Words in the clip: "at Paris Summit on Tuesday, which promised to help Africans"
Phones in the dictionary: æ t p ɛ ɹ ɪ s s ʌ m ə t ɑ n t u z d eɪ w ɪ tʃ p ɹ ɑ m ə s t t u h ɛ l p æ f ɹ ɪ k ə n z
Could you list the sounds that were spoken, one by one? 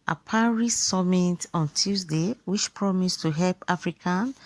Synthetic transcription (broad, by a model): t p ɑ ɹ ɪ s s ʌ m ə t ɑ n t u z d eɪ w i tʃ p ɹ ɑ m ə s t t u h ɛ l p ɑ f ɹ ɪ k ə n